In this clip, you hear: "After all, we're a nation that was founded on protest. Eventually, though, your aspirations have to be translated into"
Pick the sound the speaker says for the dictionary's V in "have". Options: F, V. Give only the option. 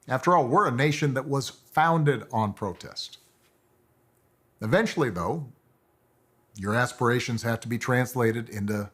F